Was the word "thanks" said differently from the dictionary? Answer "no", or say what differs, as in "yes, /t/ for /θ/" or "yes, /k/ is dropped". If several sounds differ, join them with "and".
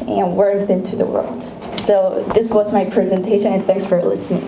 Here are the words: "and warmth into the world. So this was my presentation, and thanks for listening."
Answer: no